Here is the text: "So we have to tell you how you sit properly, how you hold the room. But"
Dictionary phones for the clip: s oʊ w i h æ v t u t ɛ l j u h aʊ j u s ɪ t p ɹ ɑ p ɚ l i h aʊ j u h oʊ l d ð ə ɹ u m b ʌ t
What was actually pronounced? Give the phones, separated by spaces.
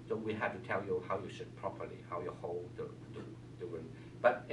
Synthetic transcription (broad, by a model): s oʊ w i h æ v t u t ɛ l j u h aʊ j u ʃ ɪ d p ɹ ɑ p ɚ l i h aʊ j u h oʊ l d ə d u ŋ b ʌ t